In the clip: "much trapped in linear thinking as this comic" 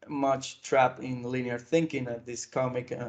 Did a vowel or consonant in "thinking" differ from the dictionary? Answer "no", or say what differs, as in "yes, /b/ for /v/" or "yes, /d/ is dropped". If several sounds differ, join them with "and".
no